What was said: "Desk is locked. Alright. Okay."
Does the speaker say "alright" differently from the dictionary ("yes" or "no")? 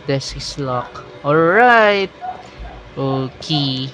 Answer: no